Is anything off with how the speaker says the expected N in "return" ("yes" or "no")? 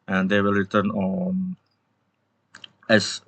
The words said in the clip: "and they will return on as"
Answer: no